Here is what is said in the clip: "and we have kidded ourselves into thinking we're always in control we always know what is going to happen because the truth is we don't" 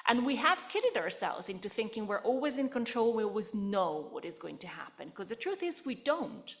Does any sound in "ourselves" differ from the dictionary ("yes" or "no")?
no